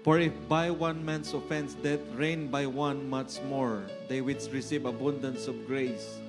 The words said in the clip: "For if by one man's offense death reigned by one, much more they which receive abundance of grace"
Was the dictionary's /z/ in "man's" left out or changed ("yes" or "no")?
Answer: yes